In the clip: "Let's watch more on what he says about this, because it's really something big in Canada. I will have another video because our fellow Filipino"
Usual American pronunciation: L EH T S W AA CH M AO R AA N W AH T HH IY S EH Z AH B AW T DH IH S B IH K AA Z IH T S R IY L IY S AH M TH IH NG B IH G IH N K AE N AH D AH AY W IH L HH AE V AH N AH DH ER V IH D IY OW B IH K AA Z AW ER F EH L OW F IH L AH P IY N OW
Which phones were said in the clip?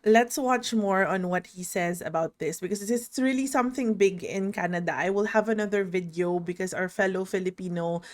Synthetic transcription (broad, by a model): L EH T S W AA CH M AO R AA N W AH T HH IY S EH Z AH B AW T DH IH S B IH K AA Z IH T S R IY L IY S AH M TH IH NG B IH G IH N K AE N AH D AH AY W IH L HH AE V AH N AH DH ER V IH D IY OW B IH K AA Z AW ER F EH L OW F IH L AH P IY N OW